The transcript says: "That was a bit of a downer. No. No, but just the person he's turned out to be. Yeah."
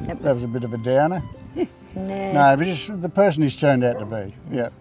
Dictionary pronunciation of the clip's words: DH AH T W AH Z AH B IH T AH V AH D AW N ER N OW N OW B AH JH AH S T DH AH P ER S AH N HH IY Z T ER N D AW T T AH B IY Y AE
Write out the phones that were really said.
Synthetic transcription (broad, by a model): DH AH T W AH Z AH B IH T AH V AH D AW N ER N OW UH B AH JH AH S DH AH P ER S N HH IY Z T ER N D AW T T AH B IY Y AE